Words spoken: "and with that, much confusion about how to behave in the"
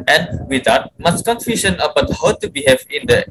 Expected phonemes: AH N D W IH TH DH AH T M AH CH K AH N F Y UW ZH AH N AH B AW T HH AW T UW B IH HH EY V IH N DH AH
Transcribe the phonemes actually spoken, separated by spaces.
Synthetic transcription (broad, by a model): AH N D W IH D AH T M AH S K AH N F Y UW SH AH N AH B AW T HH AW T UW B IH HH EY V IH N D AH